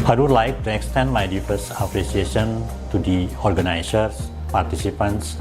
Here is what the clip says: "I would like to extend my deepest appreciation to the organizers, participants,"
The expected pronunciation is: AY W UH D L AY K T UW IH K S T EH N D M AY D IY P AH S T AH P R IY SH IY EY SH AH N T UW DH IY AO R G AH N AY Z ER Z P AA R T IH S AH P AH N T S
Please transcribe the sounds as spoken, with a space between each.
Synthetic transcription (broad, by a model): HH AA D L AY K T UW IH K S T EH N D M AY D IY F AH S AH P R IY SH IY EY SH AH N T UW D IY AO R G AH N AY S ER S P AA R T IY S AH P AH N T S